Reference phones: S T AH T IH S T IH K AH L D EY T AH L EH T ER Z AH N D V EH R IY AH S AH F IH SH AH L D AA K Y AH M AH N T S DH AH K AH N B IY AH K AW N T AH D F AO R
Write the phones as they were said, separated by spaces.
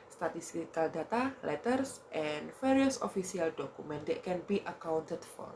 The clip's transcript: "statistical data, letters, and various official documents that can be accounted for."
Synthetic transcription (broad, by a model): S T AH T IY S T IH K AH L D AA T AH L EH T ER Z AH N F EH R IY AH S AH F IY S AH L D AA K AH M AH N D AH K AH N B IY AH K AW N T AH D F AO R